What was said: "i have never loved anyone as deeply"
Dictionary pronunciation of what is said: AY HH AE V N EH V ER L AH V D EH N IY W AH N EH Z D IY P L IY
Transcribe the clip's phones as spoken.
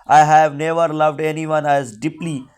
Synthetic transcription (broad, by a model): AY HH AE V N EH V ER L AH V D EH N IY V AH N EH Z D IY P L IY